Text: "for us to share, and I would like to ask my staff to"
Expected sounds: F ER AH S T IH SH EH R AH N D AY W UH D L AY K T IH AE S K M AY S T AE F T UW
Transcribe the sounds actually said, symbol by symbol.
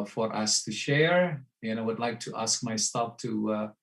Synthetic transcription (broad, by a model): F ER AH S T IH SH EH R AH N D AY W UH D L AY K T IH AE S K M AY S T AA P T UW